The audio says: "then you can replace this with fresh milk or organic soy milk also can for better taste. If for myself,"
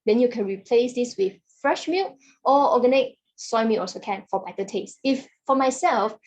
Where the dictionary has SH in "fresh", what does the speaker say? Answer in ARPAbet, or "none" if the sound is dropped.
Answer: SH